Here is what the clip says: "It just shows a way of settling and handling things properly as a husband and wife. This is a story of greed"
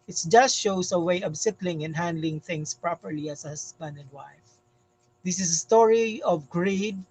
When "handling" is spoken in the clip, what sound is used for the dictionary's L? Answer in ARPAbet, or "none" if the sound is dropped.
L